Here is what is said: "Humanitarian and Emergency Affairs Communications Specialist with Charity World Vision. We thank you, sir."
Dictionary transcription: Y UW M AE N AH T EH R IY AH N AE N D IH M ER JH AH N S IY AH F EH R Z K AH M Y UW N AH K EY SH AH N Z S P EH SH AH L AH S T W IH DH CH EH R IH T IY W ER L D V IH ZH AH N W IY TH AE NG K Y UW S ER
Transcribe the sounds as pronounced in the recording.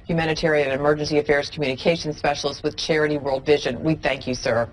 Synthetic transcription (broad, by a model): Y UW M AE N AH T EH R IY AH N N IH M ER JH AH N S IY AH F EH R Z K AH M Y UW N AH K EY SH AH N S P EH SH L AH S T W IH DH CH EH R IH T IY W ER L D V IH ZH AH N W IY TH AE NG K Y UW S ER